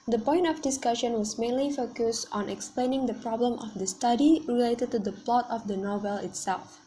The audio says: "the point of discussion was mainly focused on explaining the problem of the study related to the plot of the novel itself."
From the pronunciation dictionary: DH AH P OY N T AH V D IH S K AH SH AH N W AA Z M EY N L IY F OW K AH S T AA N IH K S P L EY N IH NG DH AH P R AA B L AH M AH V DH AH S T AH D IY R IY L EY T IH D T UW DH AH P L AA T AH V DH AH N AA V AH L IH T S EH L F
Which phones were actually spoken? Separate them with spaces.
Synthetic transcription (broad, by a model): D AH P OY N T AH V D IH S K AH SH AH N W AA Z M EY N L IY F OW K AH S T AA N IH K S P L EY N IH NG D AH P R AA B L AH M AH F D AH S T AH D IY R IY L EY T IH D T UW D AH P L AA T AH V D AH N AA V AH L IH T S EH L F